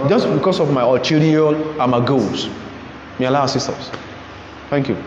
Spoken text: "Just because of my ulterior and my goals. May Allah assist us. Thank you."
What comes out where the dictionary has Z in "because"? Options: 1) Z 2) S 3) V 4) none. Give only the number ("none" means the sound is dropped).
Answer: 2